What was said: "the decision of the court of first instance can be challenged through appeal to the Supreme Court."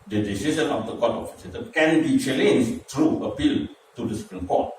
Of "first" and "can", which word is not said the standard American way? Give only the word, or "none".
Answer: first